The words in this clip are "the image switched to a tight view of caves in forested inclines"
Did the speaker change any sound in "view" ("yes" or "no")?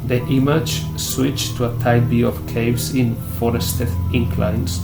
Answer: yes